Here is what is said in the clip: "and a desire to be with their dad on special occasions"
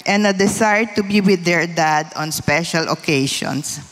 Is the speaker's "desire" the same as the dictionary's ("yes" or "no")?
no